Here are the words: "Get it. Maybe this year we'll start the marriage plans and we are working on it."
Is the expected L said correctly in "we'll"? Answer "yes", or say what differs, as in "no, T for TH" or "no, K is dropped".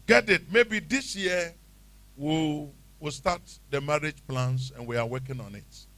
no, W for L